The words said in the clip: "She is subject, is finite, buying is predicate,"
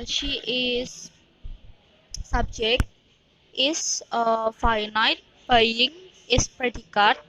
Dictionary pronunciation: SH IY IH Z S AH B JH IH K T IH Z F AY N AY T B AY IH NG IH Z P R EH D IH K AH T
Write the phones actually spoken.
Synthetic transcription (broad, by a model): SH IY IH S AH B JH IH K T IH S F AY N AY T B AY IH NG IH S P R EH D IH K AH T